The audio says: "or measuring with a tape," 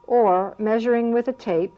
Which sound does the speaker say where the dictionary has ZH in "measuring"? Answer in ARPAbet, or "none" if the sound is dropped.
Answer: ZH